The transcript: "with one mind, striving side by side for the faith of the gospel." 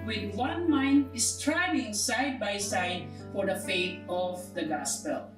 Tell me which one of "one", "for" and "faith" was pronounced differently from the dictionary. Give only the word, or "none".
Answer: faith